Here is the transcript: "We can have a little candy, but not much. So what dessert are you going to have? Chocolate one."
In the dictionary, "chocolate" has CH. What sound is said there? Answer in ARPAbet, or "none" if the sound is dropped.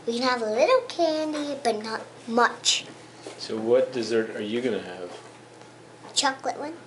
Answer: CH